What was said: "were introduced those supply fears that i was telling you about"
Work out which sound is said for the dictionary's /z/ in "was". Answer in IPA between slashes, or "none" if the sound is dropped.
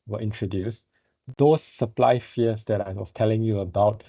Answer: /s/